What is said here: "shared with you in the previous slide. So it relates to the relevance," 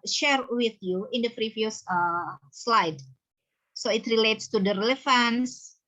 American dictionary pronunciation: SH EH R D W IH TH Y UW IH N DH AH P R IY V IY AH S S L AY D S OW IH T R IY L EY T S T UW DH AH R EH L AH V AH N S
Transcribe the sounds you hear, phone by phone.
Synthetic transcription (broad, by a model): SH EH R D W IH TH Y UW IH N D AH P R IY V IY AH S S L AY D S OW IH T R IY L EY T S T UW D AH R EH L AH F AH N S